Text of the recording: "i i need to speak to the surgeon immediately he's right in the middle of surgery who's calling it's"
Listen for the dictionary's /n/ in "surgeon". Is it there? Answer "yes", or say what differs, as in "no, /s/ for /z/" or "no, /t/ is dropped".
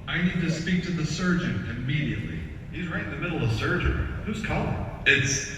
yes